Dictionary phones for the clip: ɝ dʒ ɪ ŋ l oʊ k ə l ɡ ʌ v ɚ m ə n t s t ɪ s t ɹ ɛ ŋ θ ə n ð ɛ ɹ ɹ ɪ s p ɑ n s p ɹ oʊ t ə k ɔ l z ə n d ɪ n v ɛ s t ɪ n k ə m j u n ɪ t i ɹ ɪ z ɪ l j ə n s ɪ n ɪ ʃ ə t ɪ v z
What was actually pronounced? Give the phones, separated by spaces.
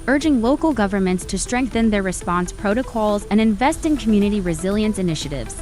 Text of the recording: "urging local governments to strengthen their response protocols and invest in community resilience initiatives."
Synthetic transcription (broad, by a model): ɝ dʒ ɪ ŋ l oʊ k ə l ɡ ʌ v ɚ m ə n t s t ɪ s t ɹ ɛ ŋ θ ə n ð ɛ ɹ ɹ ɪ s p ɑ n s p ɹ oʊ t ə k ɔ l z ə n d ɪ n v ɛ s t ɪ n k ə m j u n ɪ t i ɹ ɪ z ɪ l j ə n s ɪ n ɪ ʃ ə t ɪ v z